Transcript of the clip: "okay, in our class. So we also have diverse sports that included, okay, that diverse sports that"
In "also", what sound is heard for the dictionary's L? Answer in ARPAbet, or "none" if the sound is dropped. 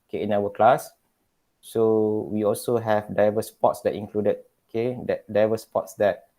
L